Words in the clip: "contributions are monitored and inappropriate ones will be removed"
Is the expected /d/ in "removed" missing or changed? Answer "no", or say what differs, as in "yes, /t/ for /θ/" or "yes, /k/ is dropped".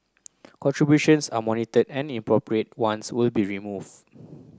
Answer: yes, /d/ is dropped